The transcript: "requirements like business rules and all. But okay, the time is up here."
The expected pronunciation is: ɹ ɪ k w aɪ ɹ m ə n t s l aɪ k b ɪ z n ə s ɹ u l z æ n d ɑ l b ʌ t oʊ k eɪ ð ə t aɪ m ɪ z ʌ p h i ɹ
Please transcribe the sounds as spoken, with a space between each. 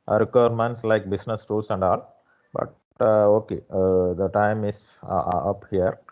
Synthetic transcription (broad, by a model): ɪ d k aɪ ɹ m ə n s l aɪ k b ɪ s n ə s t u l s æ n d ɑ l b ʌ t oʊ k eɪ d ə t aɪ m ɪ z ʌ p h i ɹ